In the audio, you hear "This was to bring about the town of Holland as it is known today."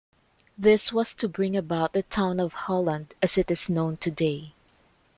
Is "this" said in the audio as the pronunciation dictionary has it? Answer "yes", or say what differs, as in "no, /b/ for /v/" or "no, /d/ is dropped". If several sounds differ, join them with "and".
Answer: yes